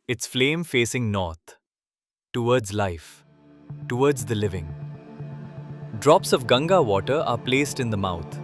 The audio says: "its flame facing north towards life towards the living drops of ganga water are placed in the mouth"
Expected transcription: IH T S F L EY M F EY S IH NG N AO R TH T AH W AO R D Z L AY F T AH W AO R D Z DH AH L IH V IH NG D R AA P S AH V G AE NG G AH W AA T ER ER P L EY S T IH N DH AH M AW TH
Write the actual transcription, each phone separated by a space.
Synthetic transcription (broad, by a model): IH T S F L EY M F EY S IH NG N AO R T T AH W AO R D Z L AY F T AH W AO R D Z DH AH L IH V IH NG D R AA P S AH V G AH NG G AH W AA T ER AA P L EY S T IH N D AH M AW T